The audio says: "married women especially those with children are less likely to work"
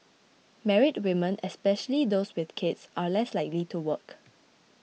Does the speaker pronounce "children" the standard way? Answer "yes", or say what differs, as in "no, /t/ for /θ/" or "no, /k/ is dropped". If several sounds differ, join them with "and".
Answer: no, /l/ is dropped